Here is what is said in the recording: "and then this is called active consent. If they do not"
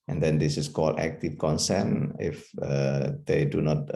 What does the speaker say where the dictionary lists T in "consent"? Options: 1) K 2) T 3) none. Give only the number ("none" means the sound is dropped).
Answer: 3